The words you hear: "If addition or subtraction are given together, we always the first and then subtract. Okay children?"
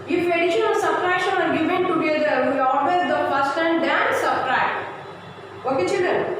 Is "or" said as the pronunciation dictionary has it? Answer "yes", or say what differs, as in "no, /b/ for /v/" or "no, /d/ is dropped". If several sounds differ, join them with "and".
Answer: no, /l/ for /ɹ/